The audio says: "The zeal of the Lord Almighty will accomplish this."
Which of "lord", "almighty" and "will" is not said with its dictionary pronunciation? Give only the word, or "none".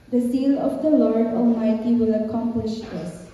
none